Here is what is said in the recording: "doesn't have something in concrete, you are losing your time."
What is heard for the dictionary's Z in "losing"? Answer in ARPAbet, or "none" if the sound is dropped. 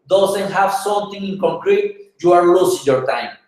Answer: S